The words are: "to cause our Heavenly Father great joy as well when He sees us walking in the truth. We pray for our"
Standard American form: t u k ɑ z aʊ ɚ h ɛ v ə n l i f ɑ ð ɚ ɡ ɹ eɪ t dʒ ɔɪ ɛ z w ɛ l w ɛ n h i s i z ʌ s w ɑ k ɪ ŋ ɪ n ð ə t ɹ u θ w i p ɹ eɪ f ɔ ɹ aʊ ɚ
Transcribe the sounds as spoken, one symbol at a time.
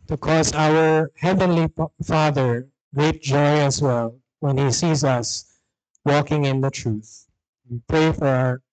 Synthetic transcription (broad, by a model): t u k ɑ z aʊ ɚ h ɛ v ə n l i f ɑ ð ɚ ɡ ɹ eɪ t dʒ ɔɪ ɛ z w ɛ l w ɛ n h i s i z ʌ s w ɑ k ɪ ŋ ɪ n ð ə t ɹ u θ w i p ɹ eɪ f ɔ ɹ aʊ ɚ